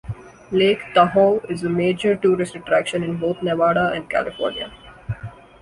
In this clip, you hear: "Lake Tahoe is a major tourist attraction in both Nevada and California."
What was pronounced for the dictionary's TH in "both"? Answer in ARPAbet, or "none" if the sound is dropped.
T